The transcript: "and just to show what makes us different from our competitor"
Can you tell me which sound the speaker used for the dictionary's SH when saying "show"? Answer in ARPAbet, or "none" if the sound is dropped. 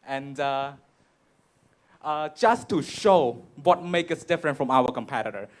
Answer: SH